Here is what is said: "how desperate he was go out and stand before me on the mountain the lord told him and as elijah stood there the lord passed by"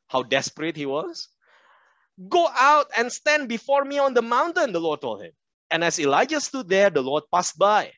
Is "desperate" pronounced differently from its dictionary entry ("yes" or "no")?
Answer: no